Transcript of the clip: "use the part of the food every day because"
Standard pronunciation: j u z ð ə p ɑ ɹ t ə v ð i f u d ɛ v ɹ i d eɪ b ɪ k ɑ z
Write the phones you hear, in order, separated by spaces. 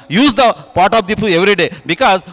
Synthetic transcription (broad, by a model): j u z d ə p ɑ ɹ t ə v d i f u ɛ v ɹ i d eɪ b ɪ k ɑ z